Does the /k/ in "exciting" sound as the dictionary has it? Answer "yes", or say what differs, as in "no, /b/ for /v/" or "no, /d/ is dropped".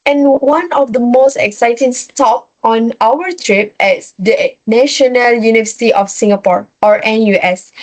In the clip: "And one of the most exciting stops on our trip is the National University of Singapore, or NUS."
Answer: yes